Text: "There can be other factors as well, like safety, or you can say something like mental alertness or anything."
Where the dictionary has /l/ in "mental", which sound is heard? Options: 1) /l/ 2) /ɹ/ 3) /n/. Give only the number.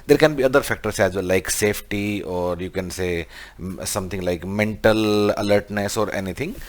1